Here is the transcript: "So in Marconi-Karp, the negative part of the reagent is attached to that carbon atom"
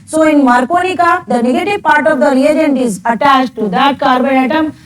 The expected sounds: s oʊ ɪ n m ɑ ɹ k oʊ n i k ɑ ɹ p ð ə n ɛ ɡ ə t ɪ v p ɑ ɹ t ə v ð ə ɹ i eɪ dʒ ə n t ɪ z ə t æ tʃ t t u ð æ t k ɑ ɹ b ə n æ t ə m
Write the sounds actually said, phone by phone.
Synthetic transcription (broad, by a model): s oʊ ɪ n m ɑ ɹ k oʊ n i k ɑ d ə n ɛ ɡ ə t ɪ v p ɑ ɹ t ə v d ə ɹ i eɪ dʒ ə n t ɪ z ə t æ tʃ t t u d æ t k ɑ ɹ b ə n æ t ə m